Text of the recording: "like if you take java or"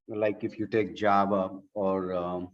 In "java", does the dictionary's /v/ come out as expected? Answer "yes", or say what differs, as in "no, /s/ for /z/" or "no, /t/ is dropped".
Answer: no, /b/ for /v/